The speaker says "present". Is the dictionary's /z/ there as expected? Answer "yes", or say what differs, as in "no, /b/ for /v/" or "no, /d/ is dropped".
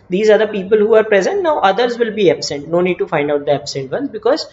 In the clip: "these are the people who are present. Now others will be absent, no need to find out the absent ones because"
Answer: yes